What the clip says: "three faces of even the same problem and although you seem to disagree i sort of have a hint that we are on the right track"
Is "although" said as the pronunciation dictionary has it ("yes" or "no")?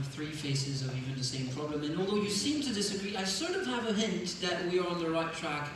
yes